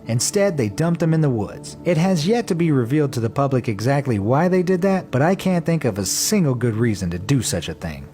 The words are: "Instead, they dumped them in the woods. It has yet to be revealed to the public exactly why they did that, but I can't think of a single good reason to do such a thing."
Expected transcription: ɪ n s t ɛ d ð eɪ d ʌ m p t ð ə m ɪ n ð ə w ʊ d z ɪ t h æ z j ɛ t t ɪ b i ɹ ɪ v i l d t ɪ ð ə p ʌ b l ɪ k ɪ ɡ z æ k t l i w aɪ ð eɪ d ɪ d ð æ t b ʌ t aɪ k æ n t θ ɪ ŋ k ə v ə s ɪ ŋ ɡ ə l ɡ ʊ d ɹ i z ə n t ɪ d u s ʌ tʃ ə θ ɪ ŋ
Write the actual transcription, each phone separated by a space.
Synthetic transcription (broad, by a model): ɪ n s t ɛ d ð eɪ d ʌ m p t ð ə m ɪ n ð ə w ʊ d z ɪ t h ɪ z j ɛ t t ɪ b i ɹ ɪ v i l d t ɪ ð ə p ʌ b l ɪ k ɪ ɡ z æ k t l i w aɪ ð eɪ d ɪ d ð æ t b ʌ t aɪ k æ n θ ɪ ŋ k ə v ə s ɪ ŋ ɡ l ɡ ʊ d ɹ i z ə n t ɪ d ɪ s ʌ tʃ ə θ ɪ ŋ